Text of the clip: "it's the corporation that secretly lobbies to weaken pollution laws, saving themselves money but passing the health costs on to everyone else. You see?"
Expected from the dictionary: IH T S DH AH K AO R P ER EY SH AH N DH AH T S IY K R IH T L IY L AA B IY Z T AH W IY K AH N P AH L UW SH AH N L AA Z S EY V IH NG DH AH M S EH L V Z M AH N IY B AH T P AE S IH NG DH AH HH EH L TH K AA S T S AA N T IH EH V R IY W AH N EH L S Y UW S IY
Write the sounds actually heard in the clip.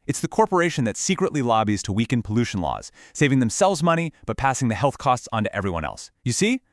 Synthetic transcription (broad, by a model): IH T S DH AH K AO R P ER EY SH AH N DH AH T S IY K R IH T L IY L AA B IY Z T AH W IY K AH N P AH L UW SH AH N L AA Z S EY V IH NG DH AH M S EH L V Z M AH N IY B AH T P AE S IH NG DH AH HH EH L TH K AA S T S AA N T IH EH V R IY W AH N EH L S Y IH S IY